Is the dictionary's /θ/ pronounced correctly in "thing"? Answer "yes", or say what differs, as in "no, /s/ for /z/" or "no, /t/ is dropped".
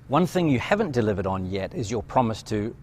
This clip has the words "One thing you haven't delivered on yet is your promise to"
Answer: yes